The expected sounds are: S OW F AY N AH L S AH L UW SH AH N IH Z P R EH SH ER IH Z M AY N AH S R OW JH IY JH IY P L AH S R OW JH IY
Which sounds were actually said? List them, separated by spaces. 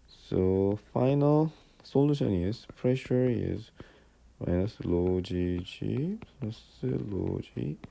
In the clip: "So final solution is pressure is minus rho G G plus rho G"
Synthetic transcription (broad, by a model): S OW F AY N AH L S AH L UW SH AH N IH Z P R EH SH ER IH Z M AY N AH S L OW JH IY JH IY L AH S L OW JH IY